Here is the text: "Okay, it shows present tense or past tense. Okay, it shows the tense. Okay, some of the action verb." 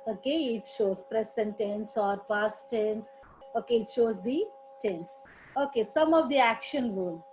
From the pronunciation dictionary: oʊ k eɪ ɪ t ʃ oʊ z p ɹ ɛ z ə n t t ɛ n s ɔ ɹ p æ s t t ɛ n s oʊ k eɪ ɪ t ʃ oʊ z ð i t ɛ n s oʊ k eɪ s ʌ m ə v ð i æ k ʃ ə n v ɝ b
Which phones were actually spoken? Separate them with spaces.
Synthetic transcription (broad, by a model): oʊ k eɪ ɪ t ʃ oʊ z p ɹ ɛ s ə n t t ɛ n s ɔ ɹ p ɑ s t t ɛ n s oʊ k eɪ ɪ t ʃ oʊ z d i t ɛ n s oʊ k eɪ s ʌ m ə v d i æ k ʃ ə n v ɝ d